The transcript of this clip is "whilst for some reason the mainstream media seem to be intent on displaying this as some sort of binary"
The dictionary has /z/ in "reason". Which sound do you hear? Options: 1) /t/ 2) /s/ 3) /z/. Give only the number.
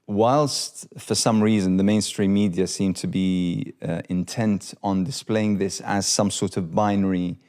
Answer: 3